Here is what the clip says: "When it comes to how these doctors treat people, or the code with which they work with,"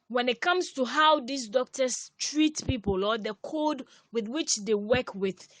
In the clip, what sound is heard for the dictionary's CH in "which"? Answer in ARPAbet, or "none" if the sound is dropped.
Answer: CH